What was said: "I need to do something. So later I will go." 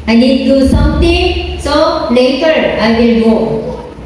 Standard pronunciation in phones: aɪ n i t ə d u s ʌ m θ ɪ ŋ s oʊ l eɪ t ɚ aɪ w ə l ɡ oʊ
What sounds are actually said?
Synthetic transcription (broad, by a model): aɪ n i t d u s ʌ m t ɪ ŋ s oʊ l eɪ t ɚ aɪ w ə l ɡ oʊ